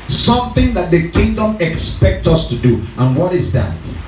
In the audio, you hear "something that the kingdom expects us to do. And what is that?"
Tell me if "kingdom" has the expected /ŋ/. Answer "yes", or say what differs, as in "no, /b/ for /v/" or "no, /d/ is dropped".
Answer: yes